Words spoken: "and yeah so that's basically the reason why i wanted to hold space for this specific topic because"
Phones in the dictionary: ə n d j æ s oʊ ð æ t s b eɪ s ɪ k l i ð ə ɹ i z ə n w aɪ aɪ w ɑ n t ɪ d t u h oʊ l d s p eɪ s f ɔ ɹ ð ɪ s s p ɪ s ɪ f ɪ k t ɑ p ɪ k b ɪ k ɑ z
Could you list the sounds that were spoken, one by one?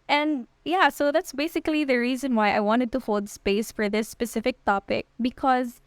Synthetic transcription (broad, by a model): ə n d j æ s oʊ ð æ t s b eɪ s ɪ k l i ð ə ɹ i z ə n w aɪ aɪ w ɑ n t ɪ d t u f oʊ l d s p eɪ s f ɔ ɹ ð ɪ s s p ɪ s ɪ f ɪ k t ɑ p ɪ k b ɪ k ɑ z